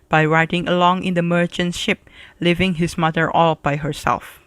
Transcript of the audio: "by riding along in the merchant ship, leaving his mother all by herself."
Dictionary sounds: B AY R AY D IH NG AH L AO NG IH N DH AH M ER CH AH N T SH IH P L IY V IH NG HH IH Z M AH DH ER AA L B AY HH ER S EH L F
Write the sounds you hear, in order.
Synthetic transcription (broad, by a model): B AY R AY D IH NG AH L AO NG IH N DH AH M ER CH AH N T SH IH P L IY V IH NG HH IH S M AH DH ER AA L B AY HH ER S EH L F